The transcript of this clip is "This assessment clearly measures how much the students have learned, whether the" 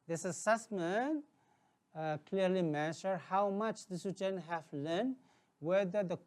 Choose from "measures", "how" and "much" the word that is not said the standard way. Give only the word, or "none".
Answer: measures